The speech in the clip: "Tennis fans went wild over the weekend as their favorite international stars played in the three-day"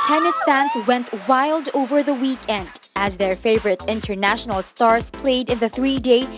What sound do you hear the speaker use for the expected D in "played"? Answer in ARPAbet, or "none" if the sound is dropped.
D